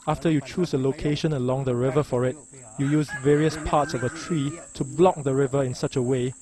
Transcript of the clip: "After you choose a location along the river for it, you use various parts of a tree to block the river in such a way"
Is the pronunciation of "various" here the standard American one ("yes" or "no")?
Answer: yes